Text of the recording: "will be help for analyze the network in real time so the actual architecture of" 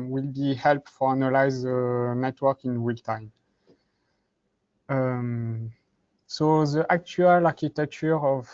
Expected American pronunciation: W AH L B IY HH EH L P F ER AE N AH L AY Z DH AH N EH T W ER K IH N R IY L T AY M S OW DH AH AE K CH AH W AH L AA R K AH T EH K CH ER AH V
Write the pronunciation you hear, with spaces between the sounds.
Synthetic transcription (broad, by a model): W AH L B IY HH EH L P F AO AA N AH L AY Z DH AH N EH T W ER K IH N W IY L T AY M S OW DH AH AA K CH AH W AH L AA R K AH T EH K CH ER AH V